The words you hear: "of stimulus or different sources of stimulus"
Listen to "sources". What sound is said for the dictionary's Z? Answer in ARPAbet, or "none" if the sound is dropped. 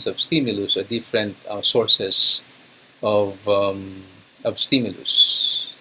S